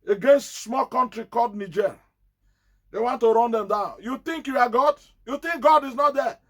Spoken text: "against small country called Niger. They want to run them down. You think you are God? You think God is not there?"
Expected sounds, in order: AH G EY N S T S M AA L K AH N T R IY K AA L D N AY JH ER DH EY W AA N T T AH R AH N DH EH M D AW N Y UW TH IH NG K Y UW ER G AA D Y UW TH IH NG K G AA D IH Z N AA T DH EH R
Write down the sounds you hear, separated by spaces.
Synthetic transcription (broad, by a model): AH G EY N S T S M AA L K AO N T R IY K AA D N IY JH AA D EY W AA N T T AH R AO N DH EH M D AW N Y UW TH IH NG K Y UW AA G AA D Y UW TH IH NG K G AA D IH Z N AA T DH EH